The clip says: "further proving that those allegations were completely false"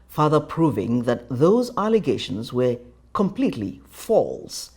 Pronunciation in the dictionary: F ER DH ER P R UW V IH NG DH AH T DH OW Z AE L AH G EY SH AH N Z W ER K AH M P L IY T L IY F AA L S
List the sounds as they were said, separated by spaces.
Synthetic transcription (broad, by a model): F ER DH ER P R UW V IH NG DH AH T DH OW Z AE L AH G EY SH AH N Z W ER K AH M P L IY T L IY F AA L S